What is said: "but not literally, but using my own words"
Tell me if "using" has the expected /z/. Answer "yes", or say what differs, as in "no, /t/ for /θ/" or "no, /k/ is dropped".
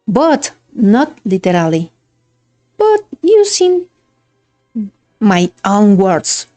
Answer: no, /s/ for /z/